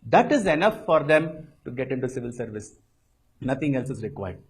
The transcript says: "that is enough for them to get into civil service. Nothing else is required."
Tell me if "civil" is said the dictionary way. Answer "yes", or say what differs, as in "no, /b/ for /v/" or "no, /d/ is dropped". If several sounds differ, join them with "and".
yes